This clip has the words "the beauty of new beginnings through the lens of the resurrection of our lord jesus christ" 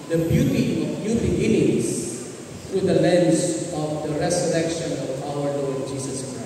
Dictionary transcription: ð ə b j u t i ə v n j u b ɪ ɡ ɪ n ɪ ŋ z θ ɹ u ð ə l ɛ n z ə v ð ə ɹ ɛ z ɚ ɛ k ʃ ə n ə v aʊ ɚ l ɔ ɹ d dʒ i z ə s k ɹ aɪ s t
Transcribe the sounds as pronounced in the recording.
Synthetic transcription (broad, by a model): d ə b j u t i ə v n j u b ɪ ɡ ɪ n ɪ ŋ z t ɹ u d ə l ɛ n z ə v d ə ɹ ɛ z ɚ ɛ k ʃ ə n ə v aʊ ɚ n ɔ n dʒ i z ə s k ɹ aɪ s